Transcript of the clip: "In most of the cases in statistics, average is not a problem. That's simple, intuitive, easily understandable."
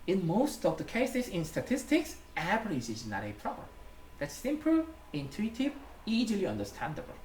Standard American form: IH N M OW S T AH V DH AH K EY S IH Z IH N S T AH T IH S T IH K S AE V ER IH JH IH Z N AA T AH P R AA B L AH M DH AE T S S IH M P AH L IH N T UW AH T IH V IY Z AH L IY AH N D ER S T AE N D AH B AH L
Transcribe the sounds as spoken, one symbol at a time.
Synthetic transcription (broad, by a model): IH N M OW S T AH V DH AH K EY S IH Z IH N S T AH T IH S T IH K S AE P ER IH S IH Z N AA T AH P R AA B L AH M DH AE T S S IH M P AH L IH N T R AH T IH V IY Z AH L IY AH N D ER S T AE N D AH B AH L